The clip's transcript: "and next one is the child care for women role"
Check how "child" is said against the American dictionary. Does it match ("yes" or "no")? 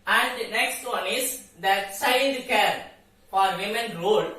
no